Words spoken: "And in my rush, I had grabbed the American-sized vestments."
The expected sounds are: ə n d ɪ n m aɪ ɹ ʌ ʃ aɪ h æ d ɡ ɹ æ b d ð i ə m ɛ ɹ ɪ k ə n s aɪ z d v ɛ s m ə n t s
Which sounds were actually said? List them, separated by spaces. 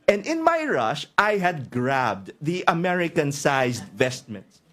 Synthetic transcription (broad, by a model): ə n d ɪ n m aɪ ɹ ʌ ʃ aɪ h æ d ɡ ɹ æ b d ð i ə m ɛ ɹ ɪ k ə n s aɪ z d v ɛ s m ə n t s